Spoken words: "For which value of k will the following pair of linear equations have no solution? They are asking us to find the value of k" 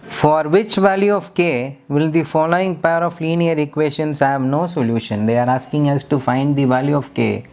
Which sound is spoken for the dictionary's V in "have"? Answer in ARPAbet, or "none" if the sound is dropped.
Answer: V